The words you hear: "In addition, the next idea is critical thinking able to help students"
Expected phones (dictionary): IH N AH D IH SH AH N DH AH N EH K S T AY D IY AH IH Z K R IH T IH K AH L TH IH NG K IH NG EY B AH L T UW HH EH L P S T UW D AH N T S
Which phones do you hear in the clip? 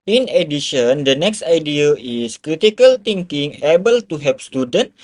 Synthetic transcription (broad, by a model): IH N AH D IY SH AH N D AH N EH K S T AY D IY AH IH S K R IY T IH K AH L T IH NG K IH NG EY B AH L T UW HH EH P S T UW D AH N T